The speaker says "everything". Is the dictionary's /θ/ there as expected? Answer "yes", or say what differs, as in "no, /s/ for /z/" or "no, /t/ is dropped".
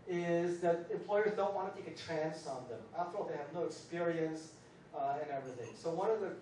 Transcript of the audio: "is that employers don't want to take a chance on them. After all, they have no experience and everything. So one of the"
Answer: yes